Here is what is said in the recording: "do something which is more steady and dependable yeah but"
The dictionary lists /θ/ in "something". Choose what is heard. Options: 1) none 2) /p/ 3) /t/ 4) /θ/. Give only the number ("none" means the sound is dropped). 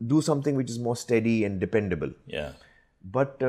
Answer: 3